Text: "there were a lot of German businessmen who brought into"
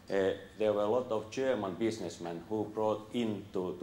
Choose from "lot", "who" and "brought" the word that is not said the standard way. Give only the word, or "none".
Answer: none